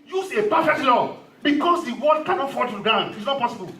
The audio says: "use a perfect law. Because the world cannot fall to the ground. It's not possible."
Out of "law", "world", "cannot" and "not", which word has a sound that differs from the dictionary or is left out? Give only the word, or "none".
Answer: world